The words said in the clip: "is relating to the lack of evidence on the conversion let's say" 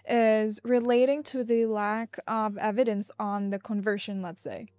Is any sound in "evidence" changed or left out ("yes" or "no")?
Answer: no